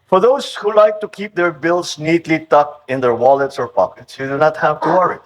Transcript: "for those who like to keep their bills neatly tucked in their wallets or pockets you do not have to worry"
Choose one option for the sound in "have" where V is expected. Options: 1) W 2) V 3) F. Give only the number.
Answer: 2